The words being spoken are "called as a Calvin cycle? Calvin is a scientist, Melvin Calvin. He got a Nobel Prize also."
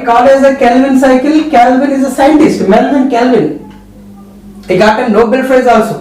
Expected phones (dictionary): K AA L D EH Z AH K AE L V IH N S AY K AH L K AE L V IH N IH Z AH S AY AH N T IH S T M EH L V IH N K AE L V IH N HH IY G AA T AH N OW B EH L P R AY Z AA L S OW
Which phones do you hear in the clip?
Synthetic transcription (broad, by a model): K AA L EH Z AH K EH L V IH N S AY K AH L K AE L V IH N IH Z AH S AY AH N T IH S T M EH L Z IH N K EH L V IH N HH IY G AA T AH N OW B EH L F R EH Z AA L S OW